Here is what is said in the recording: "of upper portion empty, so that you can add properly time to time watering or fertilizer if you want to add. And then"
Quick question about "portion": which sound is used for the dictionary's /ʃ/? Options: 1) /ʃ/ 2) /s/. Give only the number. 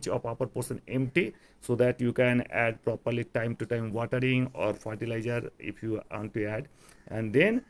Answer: 2